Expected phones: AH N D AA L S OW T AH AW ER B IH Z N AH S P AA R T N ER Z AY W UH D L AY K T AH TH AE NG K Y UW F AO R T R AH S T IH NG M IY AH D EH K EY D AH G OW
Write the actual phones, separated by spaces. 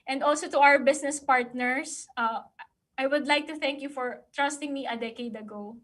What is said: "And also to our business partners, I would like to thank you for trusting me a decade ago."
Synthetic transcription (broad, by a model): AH N D AA L S OW T AH AW ER B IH S N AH S P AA R T N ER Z AY W UH D L AY K T AH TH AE NG K Y UW F AO R T R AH S T IH NG M IY AH D EH K EY D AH G OW